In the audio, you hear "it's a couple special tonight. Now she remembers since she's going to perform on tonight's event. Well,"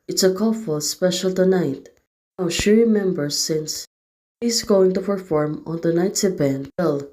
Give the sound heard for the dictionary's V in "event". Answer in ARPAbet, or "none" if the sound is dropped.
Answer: B